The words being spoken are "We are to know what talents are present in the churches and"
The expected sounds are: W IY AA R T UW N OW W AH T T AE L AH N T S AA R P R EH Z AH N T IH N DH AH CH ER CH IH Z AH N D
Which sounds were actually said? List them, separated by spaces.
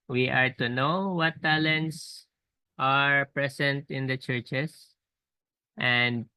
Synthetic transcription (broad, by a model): W IY AA R T UW N OW W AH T T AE L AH N T S AA R P R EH S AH N T IH N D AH CH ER CH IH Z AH N D